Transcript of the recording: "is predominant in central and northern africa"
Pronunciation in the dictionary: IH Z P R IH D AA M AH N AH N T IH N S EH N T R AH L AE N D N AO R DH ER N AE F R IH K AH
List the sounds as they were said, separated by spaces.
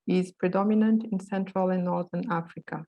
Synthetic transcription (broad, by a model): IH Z P R IH D AA M AH N AH N T IH N S EH N T R AH L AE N N AO R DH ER N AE F R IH K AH